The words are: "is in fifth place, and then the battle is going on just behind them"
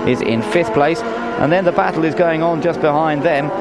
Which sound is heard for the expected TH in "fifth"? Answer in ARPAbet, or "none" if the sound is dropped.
TH